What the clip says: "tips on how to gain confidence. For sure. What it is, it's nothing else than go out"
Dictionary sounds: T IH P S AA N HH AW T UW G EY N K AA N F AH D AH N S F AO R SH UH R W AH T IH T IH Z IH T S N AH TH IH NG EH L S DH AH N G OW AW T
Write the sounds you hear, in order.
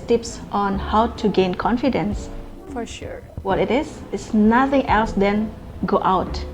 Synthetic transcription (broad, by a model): T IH P S AA N HH AW T UW G EY N K AA N F AH D AH N S F AO R SH UH R W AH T IH T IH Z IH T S N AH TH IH NG EH L S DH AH N G OW AW T